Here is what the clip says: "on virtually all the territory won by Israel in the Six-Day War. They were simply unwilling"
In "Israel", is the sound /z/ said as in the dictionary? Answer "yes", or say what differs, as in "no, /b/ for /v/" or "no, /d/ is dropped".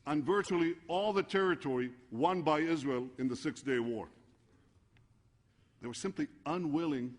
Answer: yes